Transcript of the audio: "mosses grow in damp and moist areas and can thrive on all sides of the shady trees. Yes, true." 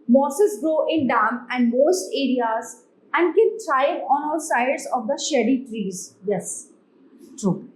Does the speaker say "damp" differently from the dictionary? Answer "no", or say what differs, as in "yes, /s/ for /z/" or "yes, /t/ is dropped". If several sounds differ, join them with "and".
yes, /p/ is dropped